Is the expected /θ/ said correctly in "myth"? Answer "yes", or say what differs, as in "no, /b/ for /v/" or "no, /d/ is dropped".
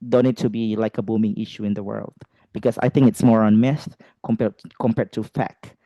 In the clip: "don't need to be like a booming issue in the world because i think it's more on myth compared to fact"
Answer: no, /s/ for /θ/